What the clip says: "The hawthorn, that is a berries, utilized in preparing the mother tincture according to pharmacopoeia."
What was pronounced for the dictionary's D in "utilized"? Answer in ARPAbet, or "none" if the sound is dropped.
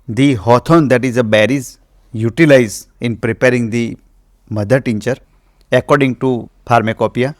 none